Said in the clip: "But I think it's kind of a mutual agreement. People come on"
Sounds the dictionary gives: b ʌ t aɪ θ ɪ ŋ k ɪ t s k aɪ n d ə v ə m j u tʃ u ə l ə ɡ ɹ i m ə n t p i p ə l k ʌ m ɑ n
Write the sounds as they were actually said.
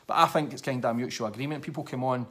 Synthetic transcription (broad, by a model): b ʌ t aɪ θ ɪ ŋ k ɪ t s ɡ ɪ d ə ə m j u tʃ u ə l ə ɡ ɹ i m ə n p i p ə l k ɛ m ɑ n